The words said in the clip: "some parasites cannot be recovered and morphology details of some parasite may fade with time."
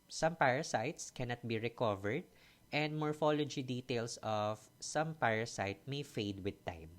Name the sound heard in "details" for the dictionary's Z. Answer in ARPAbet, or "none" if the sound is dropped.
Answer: S